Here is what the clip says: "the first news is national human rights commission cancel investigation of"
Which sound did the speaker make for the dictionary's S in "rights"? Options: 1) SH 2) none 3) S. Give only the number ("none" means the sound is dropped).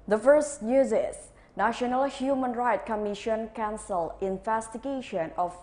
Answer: 2